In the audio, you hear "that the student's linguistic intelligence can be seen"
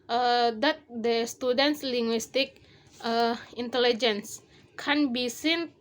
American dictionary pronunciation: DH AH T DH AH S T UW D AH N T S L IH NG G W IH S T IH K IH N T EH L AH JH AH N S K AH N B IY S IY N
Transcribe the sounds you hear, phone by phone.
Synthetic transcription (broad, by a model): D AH T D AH S T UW D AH N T S L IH NG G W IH S T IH K IH N T EH L AH JH AH N S K AH N B IY S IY N